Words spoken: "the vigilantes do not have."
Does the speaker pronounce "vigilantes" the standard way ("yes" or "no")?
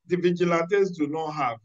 no